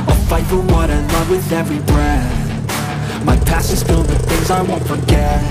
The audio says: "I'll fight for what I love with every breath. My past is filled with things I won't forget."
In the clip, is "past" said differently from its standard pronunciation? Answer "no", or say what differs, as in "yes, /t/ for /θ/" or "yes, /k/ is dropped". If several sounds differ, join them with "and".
yes, /t/ is dropped